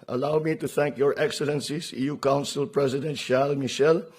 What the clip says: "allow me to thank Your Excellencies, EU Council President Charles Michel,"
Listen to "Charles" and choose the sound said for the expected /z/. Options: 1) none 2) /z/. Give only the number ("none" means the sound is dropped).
1